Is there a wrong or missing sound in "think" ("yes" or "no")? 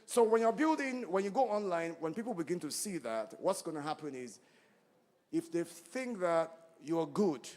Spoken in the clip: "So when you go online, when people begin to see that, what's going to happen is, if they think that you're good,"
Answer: no